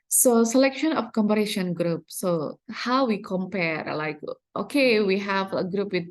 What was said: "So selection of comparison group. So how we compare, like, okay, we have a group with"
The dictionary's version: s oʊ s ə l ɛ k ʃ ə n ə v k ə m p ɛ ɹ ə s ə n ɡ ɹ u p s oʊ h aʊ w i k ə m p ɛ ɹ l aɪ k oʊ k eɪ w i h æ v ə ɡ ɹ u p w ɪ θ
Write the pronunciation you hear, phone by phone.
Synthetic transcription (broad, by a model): s oʊ s ə l ɛ k ʃ ə n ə f k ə m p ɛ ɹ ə ʃ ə n ɡ ɹ u p s oʊ h aʊ w i k ə m p ɛ ɹ l aɪ k oʊ k eɪ w i h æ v ə ɡ ɹ u p w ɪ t